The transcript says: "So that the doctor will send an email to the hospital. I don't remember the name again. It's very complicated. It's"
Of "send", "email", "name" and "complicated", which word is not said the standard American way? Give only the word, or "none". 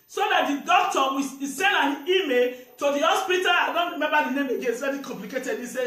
none